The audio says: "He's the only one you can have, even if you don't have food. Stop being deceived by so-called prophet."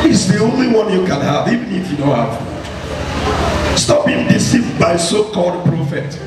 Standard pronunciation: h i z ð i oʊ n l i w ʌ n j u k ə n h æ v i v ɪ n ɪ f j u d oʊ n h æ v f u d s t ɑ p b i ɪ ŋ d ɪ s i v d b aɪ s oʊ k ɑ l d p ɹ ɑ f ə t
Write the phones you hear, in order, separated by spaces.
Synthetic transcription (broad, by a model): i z ð i oʊ n l i w ʌ n j u k ə n h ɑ v i v ɪ n ɪ f j u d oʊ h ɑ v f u s t ɑ p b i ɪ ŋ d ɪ s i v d b aɪ s oʊ k ɑ l d p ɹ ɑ f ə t